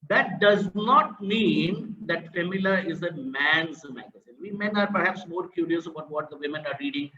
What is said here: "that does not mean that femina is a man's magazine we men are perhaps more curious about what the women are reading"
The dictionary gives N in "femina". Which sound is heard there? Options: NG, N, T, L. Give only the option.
L